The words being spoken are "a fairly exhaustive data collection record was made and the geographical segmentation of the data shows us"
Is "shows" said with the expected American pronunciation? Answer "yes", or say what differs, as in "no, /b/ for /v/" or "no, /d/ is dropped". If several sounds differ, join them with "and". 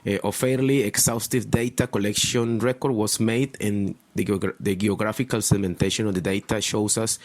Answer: no, /s/ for /z/